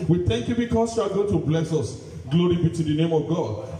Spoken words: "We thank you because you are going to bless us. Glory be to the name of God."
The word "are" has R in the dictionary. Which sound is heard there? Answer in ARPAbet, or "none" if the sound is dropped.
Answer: L